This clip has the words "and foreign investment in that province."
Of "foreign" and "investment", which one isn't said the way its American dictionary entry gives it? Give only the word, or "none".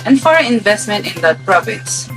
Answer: foreign